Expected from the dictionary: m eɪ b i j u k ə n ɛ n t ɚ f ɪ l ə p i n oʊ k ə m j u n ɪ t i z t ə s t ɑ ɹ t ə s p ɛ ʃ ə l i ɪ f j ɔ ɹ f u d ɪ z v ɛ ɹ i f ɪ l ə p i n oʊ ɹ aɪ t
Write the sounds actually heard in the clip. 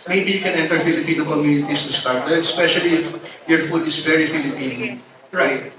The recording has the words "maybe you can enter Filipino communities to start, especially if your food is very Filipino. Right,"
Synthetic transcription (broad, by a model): m eɪ b i j u k ə n ɛ n t ɚ f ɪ l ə p i n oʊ k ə m j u n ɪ t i s t ə s t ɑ ɹ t ə s p ɛ ʃ ə l i ɪ f j ɔ ɹ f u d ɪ s v ɛ ɹ i f ɪ l ə p i n oʊ ɹ aɪ t